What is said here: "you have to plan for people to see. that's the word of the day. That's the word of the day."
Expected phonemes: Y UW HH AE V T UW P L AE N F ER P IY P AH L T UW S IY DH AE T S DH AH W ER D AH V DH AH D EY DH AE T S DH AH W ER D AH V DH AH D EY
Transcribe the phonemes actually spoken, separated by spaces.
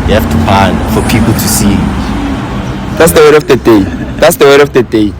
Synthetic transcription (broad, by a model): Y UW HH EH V T UW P AA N F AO P IY P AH L T UW S IY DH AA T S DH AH W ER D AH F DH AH D EY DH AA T S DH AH W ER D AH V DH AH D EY